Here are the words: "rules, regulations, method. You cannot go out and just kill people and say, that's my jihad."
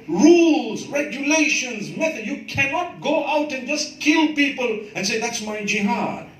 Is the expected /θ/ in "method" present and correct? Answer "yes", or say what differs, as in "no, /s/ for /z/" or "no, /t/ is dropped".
no, /t/ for /θ/